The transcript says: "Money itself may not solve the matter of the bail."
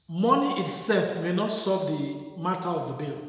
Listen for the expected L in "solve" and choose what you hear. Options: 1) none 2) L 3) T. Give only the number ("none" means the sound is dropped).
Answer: 1